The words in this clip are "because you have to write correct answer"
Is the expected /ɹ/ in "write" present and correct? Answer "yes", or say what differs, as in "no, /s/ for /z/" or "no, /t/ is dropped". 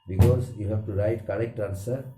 yes